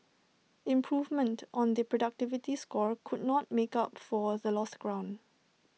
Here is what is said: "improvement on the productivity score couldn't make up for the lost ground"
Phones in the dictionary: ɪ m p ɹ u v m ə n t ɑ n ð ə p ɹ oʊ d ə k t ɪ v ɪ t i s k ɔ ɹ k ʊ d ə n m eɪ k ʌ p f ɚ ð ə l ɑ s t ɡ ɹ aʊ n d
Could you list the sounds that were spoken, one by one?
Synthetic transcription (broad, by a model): ɪ m p ɹ u v m ə n t ɑ n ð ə p ɹ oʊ d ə k t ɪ v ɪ t i s k ɔ ɹ k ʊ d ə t m eɪ k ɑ p f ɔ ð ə l ɑ s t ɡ ɹ aʊ n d